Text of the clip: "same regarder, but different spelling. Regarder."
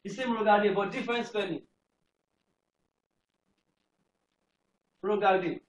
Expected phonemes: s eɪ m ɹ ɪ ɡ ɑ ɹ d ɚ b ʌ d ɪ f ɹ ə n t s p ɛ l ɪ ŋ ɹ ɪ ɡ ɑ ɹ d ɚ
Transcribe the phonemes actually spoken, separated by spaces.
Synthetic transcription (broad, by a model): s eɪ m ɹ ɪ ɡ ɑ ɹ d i b ʌ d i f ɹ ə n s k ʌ n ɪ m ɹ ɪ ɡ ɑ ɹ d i